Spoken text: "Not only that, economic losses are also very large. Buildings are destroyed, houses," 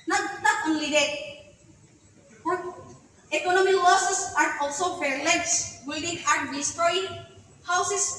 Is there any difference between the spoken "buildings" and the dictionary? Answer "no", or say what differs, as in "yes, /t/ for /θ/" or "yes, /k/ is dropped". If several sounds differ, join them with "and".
yes, /z/ is dropped